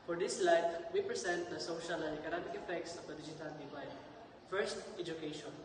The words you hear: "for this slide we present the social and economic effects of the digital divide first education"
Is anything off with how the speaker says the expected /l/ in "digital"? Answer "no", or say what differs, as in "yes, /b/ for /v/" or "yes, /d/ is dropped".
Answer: yes, /n/ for /l/